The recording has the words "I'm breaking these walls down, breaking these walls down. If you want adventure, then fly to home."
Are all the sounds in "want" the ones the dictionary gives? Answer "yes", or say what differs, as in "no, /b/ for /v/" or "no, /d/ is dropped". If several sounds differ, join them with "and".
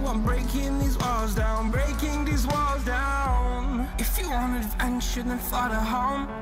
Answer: no, /t/ is dropped